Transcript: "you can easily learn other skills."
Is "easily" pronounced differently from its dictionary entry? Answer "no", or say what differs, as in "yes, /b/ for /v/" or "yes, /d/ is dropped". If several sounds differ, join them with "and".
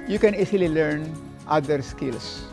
yes, /s/ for /z/